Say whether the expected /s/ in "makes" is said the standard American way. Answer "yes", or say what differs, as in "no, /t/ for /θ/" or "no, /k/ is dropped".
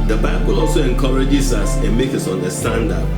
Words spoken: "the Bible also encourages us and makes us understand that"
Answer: no, /s/ is dropped